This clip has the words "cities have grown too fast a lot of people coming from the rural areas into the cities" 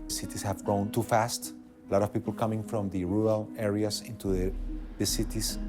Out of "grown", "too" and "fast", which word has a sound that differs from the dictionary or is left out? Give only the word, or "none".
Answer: none